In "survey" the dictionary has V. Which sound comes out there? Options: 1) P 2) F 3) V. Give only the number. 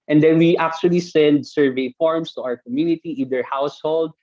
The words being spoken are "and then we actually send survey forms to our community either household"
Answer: 3